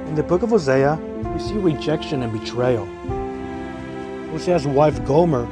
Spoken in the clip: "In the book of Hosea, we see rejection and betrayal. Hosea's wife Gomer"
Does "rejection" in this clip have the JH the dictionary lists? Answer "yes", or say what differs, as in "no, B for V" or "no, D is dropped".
yes